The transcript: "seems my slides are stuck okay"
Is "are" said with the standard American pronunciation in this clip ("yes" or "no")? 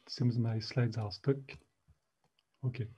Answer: no